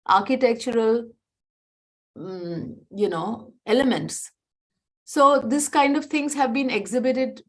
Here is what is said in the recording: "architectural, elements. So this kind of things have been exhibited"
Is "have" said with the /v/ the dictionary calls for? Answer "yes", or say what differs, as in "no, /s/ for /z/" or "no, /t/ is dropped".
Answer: yes